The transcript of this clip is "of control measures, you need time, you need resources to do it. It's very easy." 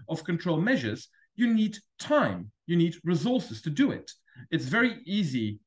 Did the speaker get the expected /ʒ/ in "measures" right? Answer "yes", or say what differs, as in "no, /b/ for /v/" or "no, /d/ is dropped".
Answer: yes